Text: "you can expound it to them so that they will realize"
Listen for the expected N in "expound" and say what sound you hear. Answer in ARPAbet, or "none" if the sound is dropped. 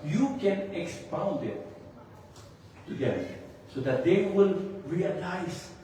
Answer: N